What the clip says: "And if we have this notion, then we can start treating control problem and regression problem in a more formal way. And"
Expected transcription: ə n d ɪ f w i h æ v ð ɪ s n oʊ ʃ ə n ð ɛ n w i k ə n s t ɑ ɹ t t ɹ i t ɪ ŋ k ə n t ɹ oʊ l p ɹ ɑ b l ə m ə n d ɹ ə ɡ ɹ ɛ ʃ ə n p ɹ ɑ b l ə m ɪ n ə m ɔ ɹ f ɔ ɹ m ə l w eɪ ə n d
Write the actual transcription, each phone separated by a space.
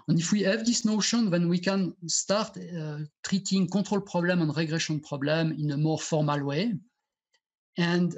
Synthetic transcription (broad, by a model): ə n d ɪ f w i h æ v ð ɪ s n oʊ ʃ ə n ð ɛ n w i k ə n s t ɑ ɹ t t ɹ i t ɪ ŋ k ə t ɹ oʊ l p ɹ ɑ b l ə m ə n ɹ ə ɡ ɹ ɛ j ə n p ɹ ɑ b l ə m ɪ n ə m ɔ ɹ f ɔ ɹ m ə l w eɪ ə n d